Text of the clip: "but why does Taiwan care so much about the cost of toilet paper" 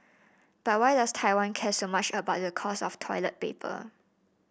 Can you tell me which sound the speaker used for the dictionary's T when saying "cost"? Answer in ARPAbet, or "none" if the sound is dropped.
none